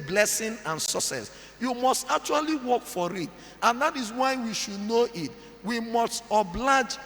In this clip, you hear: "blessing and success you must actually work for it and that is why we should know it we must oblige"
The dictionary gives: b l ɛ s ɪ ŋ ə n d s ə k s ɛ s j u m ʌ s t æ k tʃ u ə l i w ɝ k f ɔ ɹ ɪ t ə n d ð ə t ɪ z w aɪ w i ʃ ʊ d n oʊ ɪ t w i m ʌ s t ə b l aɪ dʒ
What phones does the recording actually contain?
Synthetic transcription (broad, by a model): b l ɛ s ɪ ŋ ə n s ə s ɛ s j u m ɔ s t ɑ k tʃ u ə l i w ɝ k f ɔ ɹ ɪ t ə n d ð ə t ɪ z w aɪ w i ʃ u d n oʊ ɪ t w i m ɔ s t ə b l aɪ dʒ